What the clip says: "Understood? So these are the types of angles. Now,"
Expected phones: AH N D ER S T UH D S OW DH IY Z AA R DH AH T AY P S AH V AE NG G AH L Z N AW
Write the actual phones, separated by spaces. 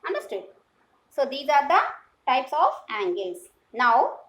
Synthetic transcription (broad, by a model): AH N D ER S T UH D S OW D IY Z AA R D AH T AY P S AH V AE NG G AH Z N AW